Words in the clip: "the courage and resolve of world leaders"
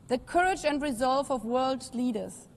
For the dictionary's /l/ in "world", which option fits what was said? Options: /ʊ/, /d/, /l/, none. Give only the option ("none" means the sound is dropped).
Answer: /l/